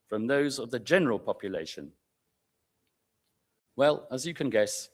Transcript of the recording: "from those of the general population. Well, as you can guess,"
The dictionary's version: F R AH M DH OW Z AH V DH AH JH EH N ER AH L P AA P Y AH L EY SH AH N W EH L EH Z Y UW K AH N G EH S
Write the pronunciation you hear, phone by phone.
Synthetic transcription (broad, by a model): F R AH M DH OW Z AH V DH AH JH EH N ER AH L P AA P Y AH L EY SH AH N W EH L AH Z Y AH K AH N G EH S